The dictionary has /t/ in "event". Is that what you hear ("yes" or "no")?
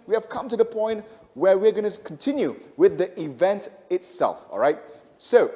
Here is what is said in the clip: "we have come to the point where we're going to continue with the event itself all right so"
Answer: yes